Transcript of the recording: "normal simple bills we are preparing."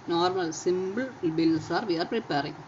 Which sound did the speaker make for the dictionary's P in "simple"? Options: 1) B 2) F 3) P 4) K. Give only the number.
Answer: 1